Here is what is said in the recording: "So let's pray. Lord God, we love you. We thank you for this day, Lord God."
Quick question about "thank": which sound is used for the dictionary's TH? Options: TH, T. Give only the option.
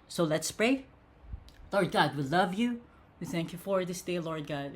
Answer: TH